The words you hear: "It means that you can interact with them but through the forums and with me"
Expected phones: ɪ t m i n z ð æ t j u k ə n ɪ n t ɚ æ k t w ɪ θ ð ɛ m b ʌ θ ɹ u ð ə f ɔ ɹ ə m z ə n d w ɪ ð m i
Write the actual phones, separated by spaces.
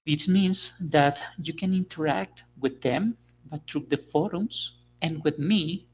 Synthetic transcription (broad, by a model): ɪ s m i n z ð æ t j u k ə n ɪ n t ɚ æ k t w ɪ ð ɛ m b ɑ t ɹ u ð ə f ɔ ɹ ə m s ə n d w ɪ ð m i